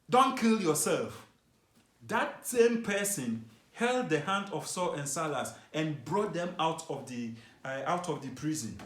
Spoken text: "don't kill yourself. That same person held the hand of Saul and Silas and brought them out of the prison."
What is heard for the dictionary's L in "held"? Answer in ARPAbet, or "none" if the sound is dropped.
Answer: L